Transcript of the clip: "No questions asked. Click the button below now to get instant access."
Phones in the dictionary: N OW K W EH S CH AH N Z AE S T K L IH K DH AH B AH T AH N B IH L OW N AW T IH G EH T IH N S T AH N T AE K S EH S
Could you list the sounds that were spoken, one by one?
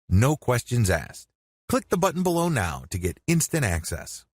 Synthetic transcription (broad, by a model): N OW K W EH S CH AH N Z AE S K L IH K DH AH B AH T N B IH L OW N AW T IH G EH T IH N S T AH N T AE K S EH S